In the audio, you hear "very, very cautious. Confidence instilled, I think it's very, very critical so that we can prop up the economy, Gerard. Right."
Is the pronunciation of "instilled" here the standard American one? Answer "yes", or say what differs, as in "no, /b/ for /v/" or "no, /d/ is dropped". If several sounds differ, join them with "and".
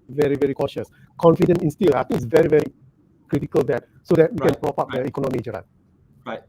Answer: no, /d/ is dropped